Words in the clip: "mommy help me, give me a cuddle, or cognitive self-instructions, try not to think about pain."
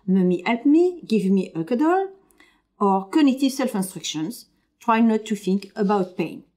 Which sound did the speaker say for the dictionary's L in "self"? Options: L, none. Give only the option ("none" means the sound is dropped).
L